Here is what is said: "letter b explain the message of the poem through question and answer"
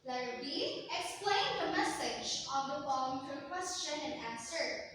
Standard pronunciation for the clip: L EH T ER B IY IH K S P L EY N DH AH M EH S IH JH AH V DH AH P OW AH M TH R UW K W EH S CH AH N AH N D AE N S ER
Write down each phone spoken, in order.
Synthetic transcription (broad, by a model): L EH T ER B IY IH K S P L EY N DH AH M EH S IH JH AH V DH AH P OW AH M T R K W EH S CH AH N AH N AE N S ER